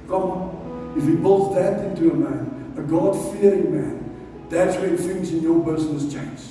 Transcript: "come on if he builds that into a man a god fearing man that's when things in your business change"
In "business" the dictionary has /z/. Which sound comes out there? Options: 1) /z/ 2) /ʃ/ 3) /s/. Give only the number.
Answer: 3